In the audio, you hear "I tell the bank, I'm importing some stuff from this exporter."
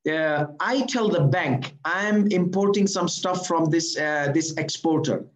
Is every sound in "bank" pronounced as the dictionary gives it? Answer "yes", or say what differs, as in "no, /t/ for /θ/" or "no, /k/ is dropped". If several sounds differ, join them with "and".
yes